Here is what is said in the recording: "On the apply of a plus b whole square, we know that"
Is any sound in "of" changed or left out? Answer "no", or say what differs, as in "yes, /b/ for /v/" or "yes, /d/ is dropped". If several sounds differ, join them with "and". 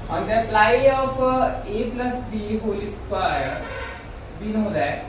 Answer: yes, /p/ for /v/